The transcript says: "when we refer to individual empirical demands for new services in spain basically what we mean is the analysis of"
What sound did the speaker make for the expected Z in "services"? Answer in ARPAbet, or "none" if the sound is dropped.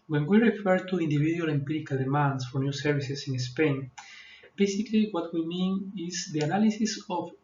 S